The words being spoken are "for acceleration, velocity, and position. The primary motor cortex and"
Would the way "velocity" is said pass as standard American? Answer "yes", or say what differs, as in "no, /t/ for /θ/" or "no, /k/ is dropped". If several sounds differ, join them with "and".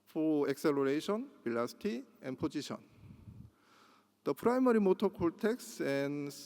no, /b/ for /v/